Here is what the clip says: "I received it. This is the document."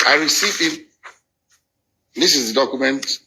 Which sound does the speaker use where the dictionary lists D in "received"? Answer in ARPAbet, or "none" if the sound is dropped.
none